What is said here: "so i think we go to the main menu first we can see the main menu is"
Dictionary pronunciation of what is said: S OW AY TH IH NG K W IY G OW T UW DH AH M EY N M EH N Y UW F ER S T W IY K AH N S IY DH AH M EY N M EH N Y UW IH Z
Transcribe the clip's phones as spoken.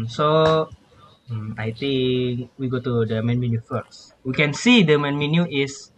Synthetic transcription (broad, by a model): S OW AY T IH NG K W IY G OW T UW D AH M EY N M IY N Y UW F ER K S W IY K AH N S IY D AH M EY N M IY N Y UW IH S